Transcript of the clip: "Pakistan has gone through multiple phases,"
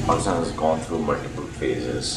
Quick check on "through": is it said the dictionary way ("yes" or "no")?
no